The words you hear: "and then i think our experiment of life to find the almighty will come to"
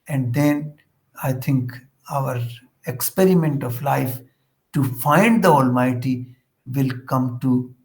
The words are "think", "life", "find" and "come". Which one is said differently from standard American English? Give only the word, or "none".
think